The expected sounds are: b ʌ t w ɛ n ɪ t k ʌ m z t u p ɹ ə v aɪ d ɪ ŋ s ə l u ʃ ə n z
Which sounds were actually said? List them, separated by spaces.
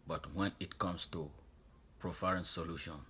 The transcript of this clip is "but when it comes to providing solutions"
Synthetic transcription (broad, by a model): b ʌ t w ɛ n ɪ t k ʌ m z t u p ɹ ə f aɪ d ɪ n s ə l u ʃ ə n